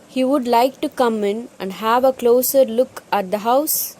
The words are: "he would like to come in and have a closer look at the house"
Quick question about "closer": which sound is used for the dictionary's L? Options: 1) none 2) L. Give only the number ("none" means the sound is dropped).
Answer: 2